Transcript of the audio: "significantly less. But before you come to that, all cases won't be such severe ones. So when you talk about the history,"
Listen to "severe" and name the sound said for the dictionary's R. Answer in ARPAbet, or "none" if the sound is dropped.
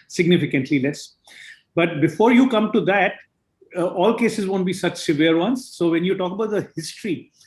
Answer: R